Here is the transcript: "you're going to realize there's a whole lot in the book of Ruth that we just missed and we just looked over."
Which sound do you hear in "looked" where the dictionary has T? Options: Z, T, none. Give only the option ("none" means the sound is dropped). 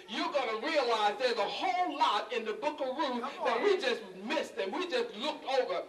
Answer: T